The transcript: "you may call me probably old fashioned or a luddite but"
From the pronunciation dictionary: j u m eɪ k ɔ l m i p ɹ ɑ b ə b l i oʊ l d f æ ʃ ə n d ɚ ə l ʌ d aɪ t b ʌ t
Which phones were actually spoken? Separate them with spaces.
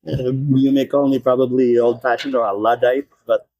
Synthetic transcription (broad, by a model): j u m eɪ k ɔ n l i p ɹ ɑ b ə b l i oʊ l d p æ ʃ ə n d ɚ ə l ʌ d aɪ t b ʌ t